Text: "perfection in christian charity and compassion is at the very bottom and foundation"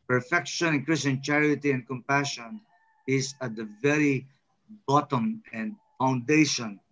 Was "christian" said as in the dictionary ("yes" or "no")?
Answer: no